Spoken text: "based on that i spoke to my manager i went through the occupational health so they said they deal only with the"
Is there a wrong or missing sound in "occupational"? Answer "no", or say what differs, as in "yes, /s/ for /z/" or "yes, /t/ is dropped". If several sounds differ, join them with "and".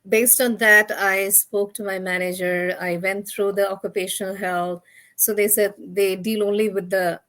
no